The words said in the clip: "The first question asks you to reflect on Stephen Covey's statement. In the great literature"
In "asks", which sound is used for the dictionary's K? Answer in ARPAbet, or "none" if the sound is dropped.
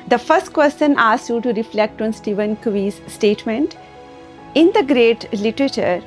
none